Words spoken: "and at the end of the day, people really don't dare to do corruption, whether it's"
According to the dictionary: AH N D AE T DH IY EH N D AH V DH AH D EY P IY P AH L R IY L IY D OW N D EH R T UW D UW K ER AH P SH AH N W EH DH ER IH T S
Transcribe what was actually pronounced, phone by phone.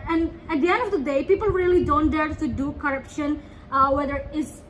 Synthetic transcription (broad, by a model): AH N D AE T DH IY EH N D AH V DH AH D EY P IY P AH L R IY L IY D OW N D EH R T UW D UW K ER AH P SH AH N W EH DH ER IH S